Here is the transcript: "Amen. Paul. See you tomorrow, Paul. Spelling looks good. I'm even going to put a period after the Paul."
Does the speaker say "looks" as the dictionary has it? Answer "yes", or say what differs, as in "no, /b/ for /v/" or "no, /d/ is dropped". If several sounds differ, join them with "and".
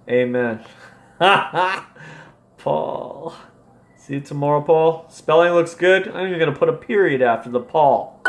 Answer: yes